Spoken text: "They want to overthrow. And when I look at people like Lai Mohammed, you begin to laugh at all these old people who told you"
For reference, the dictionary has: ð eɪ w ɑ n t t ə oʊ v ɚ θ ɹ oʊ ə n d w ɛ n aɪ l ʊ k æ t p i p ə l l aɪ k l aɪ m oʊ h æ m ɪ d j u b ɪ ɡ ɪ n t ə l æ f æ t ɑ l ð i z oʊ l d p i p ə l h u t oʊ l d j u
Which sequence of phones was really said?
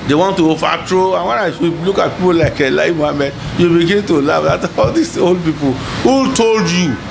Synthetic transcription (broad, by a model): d eɪ w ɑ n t t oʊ f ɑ t ɹ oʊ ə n w ɛ n aɪ l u k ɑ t p i p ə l l aɪ k l aɪ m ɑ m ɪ j u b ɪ ɡ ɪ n t ə l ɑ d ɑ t ɑ l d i s oʊ l d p i p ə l h u t oʊ l d j u